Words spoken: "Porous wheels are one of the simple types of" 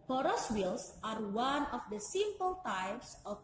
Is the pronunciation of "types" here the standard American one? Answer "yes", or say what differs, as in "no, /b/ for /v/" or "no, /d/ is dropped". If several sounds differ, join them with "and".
yes